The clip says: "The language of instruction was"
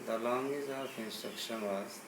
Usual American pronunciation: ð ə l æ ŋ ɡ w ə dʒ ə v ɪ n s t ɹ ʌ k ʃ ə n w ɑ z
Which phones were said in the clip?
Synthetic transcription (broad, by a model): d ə l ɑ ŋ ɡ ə z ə f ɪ n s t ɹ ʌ k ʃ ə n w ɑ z